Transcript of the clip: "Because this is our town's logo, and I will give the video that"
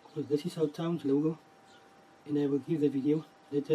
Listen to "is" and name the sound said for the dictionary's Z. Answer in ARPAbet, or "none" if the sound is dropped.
S